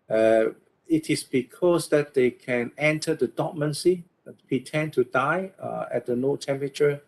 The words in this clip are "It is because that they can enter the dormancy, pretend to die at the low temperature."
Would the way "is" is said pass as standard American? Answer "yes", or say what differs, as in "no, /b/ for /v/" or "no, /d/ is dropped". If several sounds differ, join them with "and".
no, /s/ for /z/